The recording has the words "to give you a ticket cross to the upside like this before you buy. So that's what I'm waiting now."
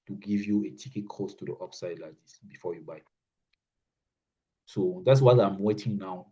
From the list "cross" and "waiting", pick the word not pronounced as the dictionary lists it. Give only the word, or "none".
cross